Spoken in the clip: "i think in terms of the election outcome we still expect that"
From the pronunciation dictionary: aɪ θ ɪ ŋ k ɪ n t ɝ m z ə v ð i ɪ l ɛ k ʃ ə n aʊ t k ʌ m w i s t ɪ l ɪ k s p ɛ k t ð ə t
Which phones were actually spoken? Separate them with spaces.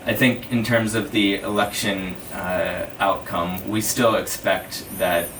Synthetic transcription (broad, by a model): aɪ θ ɪ ŋ k ɪ n t ɝ m z ə v ð i ɪ l ɛ k ʃ ə n aʊ t k ʌ m w i s t ɪ l ɪ k s p ɛ k t ð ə t